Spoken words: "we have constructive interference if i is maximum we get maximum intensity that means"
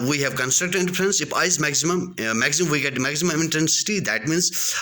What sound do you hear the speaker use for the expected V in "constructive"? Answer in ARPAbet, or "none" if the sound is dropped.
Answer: none